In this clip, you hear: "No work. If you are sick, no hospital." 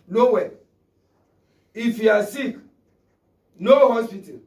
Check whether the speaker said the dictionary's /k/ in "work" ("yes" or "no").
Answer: no